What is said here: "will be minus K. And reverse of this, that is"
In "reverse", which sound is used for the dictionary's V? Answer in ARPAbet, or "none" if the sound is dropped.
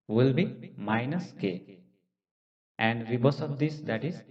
B